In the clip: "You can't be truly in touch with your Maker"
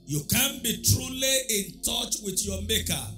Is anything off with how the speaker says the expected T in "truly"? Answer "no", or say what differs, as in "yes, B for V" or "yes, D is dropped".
no